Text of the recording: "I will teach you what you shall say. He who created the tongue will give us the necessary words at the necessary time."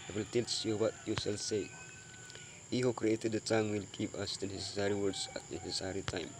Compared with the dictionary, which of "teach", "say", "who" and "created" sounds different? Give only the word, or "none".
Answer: teach